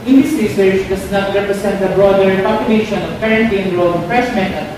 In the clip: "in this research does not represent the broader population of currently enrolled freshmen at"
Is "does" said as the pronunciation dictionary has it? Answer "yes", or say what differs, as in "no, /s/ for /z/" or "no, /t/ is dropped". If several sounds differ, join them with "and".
no, /s/ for /z/